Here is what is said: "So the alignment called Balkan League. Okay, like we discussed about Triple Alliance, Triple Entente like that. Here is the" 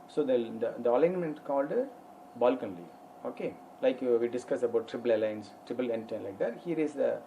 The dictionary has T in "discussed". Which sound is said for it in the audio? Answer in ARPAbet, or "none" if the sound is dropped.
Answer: none